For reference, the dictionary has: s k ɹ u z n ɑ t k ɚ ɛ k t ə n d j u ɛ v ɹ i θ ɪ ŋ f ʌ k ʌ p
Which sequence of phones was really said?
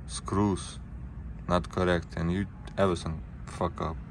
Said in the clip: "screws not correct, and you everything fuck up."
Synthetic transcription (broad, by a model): s k ɹ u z n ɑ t k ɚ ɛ k t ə n j u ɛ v i s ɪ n f ʌ k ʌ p